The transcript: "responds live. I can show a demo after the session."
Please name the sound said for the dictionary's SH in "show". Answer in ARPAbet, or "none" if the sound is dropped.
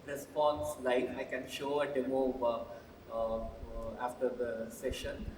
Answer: SH